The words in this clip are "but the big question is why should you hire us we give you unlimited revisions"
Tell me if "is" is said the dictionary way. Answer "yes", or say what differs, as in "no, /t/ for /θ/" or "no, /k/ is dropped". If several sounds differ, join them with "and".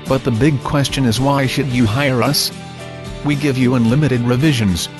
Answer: yes